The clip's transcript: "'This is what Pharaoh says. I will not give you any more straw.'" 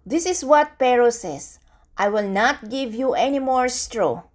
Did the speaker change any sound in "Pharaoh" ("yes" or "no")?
yes